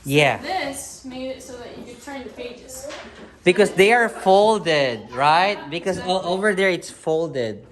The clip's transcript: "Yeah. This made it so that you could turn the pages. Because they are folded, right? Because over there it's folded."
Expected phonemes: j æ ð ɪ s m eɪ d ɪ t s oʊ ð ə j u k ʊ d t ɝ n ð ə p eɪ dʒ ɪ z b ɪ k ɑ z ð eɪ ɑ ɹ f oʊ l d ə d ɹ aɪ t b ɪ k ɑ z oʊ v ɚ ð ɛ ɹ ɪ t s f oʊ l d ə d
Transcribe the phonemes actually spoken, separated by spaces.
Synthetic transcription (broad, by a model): j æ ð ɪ s m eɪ ɪ t s oʊ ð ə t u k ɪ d t ɝ n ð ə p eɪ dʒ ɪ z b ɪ k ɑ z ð eɪ ɑ ɹ f oʊ l d ə d ɹ aɪ t b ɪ k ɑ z oʊ v ɚ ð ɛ ɹ ɪ t s f oʊ l d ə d